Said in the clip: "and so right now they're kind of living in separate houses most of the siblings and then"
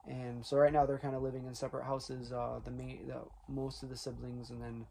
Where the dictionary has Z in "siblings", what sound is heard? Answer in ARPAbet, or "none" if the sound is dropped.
Z